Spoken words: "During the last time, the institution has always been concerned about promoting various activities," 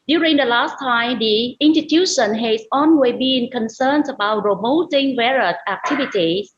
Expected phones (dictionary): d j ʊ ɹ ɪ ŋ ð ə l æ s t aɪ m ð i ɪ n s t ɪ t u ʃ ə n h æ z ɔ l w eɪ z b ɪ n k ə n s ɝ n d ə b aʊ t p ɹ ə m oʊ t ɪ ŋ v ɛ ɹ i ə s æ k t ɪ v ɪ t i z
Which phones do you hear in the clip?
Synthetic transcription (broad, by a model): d j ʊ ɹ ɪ ŋ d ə l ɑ s t aɪ m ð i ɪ n s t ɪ t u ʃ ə n h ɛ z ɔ n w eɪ b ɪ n k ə n s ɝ n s ə b aʊ t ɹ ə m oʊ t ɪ ŋ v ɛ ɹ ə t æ k t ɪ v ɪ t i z